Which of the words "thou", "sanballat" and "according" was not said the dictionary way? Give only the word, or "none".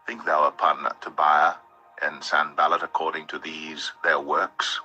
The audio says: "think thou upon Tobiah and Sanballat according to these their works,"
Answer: none